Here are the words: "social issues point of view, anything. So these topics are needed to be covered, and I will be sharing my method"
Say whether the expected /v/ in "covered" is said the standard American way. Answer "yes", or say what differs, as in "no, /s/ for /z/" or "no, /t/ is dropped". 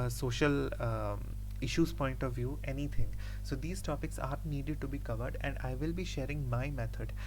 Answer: yes